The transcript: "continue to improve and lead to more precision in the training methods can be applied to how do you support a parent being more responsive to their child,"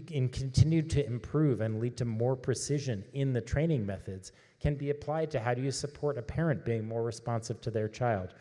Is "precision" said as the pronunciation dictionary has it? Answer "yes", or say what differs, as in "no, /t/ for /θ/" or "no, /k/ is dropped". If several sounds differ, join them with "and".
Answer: yes